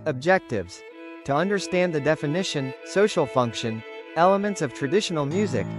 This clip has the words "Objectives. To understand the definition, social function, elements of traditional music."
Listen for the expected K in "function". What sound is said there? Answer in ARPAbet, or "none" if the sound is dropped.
K